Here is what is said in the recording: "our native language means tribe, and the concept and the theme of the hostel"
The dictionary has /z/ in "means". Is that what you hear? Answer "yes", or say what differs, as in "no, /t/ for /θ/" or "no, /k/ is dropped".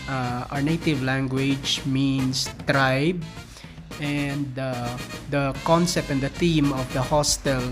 no, /s/ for /z/